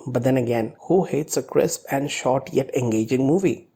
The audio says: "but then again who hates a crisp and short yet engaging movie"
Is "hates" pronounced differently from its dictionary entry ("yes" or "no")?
no